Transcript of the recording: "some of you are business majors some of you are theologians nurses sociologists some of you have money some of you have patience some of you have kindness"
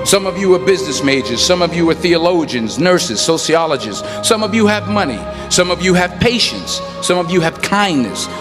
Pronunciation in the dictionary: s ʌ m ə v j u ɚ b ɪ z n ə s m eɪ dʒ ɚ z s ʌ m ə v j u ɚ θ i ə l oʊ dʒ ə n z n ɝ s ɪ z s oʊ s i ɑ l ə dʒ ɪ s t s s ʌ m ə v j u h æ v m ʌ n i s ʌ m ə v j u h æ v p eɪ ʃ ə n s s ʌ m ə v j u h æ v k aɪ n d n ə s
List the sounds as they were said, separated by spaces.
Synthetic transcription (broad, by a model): s ʌ m ə v j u ɚ b ɪ z n ə s m eɪ dʒ ɚ z s ʌ m ə v j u ɚ θ i ə l oʊ dʒ ə n z n ɝ s ɪ z s oʊ s i ɑ l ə dʒ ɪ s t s s ʌ m ə v j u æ v m ʌ n i s ʌ m ə v j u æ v p eɪ ʃ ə n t s ʌ m ə v j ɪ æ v k aɪ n n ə s